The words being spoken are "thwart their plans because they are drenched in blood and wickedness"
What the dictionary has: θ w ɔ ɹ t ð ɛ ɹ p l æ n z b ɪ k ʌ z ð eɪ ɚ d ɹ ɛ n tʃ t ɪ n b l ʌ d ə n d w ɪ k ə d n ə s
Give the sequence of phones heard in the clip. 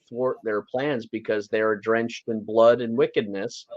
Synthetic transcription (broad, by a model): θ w ɔ ɹ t ð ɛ ɹ p l æ n z b ɪ k ʌ z ð eɪ ɚ d ɹ ɛ n tʃ t ɪ n b l ʌ d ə n w ɪ k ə d n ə s